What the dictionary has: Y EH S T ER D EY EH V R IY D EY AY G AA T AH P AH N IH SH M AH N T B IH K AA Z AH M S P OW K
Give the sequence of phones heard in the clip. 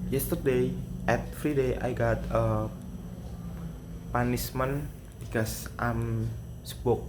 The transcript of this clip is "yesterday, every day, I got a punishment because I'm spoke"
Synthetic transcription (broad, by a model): Y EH S T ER D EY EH F R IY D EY AY G AA T AH P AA N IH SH M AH N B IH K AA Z AH M S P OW K